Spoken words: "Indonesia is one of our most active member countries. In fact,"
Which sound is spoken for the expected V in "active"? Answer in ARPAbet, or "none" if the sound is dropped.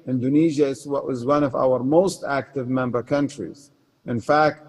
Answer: V